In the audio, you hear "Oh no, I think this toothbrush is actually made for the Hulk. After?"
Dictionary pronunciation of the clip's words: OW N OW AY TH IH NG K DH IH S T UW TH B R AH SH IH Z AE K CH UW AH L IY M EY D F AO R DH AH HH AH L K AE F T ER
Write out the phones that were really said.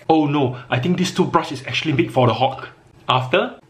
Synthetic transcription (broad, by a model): OW N OW AY T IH NG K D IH S T UW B R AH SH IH S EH K CH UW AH L IY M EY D F AO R AH HH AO K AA F T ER